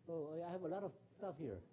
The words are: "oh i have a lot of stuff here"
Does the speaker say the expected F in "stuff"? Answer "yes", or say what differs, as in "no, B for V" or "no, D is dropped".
yes